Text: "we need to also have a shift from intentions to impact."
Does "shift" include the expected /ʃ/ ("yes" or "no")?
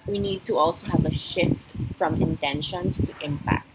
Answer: yes